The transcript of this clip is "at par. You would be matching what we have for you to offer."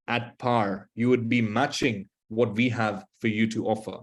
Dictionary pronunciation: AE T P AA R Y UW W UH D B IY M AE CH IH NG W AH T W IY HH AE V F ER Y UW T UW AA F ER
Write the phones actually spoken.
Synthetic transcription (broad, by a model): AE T P AA R Y UW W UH D B IY M AE CH IH NG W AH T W IY HH AE V F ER Y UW T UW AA F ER